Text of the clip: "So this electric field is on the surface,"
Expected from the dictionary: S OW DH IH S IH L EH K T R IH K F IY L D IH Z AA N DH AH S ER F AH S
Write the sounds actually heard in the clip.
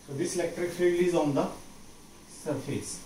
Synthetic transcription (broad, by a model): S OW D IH S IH L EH K T R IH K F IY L IH Z AA N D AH S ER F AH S